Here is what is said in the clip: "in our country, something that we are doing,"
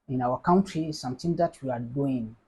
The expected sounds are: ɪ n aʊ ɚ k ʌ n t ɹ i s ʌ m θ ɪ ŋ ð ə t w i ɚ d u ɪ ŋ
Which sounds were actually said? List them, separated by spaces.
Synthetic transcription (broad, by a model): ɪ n aʊ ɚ k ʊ n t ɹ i s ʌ m t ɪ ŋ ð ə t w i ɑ d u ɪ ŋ